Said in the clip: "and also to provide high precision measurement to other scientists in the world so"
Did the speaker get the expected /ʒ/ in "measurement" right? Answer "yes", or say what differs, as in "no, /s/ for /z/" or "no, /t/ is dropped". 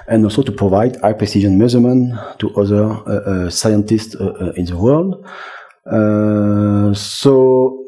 no, /z/ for /ʒ/